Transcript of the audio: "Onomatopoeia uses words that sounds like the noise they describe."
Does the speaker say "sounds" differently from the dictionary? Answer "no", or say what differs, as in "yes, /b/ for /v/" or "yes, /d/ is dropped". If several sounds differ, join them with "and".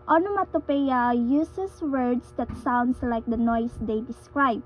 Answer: yes, /s/ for /z/